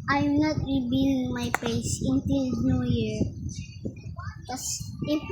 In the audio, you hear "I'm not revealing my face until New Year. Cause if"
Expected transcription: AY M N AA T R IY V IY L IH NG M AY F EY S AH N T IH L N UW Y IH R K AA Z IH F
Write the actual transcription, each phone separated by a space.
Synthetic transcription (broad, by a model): AY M N AA T R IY B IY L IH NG M AY P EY S AH N T IH L N UW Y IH R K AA S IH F